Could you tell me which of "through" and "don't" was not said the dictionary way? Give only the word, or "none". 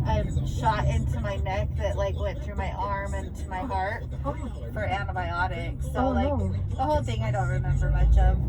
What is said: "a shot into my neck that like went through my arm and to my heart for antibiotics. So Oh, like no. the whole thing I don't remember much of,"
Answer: none